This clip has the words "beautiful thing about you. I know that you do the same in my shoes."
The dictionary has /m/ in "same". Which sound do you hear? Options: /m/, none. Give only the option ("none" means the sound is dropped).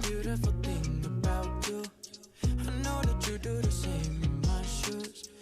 none